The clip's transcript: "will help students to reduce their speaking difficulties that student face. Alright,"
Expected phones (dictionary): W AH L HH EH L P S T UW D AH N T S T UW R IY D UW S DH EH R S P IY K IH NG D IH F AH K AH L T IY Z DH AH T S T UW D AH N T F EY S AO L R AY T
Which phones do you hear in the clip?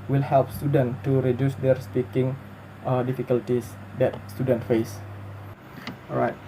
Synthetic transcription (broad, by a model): W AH L HH EH L P S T UW D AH N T T UW R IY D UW S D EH R S P IY K IH NG D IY F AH K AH L T IY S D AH T S T UW D AH N T F EY S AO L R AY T